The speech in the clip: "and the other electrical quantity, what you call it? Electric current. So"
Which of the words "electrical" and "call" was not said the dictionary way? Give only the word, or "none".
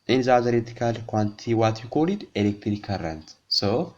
electrical